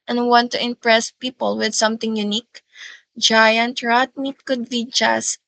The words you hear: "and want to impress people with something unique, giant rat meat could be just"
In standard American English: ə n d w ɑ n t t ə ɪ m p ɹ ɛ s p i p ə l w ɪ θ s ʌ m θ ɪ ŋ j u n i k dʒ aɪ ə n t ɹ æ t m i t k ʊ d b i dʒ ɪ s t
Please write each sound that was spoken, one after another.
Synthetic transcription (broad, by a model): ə n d w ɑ n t t ə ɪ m p ɹ ɛ s p i p ə l w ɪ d s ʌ m t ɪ ŋ j u n i k dʒ aɪ ə n t ɹ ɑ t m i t k ʊ d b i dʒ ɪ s